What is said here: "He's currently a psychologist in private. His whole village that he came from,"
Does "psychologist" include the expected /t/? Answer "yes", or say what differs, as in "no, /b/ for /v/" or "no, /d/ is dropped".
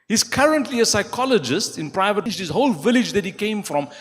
yes